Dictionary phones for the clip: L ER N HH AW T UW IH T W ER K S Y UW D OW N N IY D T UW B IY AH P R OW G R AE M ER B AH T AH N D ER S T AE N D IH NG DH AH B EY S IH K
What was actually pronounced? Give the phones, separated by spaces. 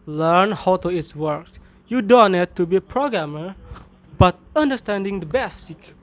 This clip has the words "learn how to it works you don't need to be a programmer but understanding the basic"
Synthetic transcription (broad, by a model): L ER N HH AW T UW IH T W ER K Y UW D OW N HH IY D T UW B IY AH P R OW G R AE M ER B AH T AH N D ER S T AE N D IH NG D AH B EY S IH K